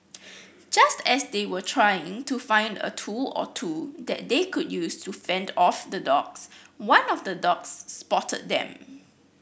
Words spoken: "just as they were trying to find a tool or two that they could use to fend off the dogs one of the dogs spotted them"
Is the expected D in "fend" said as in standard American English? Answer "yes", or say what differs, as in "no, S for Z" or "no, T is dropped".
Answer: yes